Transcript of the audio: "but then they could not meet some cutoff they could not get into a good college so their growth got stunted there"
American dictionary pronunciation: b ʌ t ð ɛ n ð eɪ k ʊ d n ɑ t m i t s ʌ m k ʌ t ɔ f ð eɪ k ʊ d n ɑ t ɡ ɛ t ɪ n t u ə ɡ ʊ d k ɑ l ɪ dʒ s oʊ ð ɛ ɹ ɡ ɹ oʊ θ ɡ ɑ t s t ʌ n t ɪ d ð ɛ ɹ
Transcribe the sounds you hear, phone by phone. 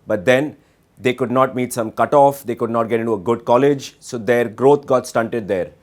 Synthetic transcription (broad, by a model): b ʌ t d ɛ n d eɪ k ʊ d n ɑ t m i t s ʌ m k ʌ t ɔ f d eɪ k ʊ d n ɑ t ɡ ɛ t ɪ n t u ə ɡ ʊ d k ɑ l ɪ dʒ s oʊ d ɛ ɹ ɡ ɹ oʊ t ɡ ɑ t s t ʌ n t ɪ d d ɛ ɹ